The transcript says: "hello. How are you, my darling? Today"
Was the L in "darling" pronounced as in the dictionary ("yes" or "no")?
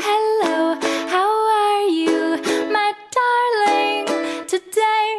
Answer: yes